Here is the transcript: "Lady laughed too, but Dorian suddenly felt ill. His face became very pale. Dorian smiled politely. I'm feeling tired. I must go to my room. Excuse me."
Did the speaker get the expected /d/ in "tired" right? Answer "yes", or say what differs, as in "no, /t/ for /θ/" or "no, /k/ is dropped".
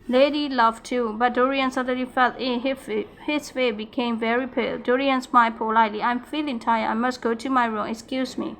no, /d/ is dropped